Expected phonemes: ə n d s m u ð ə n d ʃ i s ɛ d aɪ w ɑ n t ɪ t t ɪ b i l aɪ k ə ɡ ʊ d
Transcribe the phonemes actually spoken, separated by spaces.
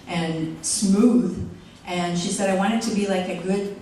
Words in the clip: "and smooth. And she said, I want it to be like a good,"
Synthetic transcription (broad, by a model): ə n s m u ð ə n ʃ i s ɛ d aɪ w ɑ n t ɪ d t ɪ b i l aɪ k ə ɡ ʊ d